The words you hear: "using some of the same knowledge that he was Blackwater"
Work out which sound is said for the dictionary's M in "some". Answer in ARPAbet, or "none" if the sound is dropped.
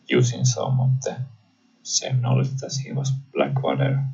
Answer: M